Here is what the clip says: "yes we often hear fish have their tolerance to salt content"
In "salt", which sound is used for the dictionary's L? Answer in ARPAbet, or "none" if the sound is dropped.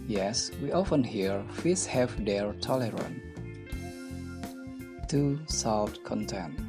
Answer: none